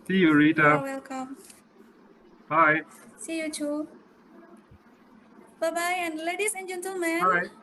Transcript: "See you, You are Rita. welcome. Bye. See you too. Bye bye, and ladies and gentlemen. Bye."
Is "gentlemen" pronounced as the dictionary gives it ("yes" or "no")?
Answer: no